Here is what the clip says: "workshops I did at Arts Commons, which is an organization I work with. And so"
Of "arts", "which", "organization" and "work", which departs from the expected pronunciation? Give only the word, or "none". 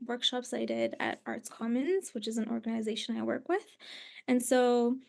none